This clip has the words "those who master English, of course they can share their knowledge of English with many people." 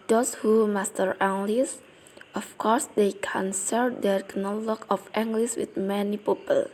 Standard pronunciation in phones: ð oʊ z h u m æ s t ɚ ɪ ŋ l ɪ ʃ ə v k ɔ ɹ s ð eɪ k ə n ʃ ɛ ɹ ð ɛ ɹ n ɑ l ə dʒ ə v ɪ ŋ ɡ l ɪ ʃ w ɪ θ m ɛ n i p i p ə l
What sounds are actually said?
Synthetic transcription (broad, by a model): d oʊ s h u m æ s t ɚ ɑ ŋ l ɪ s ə f k ɔ ɹ s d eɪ k ə n s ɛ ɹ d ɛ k n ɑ l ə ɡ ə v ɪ ŋ ɡ l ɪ s w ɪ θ m ɛ n i p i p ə l